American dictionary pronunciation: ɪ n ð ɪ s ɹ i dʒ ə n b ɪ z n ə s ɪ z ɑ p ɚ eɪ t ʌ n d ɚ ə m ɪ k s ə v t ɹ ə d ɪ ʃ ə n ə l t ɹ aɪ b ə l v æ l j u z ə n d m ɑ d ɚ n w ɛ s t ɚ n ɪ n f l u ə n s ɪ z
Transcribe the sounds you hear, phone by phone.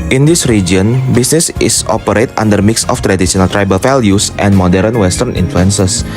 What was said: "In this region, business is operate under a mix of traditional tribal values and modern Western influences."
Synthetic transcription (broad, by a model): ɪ n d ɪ s ɹ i dʒ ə n b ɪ s n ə s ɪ s ɑ p ɚ eɪ t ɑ n d ɚ m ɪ k s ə f t ɹ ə d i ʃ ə n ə l t ɹ aɪ b ə l f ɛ l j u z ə n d m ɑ d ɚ n w ɛ s t ɚ n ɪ n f l u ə n s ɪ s